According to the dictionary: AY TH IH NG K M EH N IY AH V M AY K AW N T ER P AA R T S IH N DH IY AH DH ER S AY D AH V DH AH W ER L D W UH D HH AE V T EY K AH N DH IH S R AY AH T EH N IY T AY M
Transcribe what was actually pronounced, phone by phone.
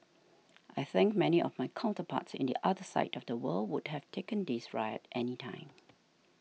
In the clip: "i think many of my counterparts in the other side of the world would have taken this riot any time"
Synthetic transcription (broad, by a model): AY TH IH NG K M EH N IY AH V M AY K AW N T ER P AA T S IH N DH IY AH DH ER S AY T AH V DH AH W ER L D W UH D HH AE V T EY K AH N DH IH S R AY AH T EH N IY T AY M